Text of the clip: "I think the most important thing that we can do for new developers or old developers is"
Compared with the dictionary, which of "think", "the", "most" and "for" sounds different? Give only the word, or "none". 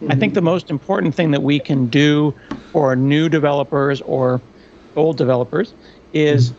none